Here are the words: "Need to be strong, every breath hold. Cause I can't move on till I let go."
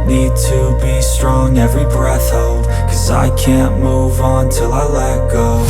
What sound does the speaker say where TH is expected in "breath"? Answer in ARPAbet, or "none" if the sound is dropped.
TH